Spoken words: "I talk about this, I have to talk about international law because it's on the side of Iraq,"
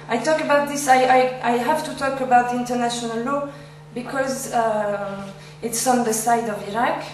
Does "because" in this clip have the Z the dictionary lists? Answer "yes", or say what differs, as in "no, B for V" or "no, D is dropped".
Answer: yes